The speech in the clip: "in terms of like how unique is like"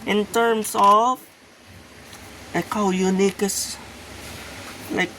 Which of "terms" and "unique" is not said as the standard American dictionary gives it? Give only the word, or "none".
terms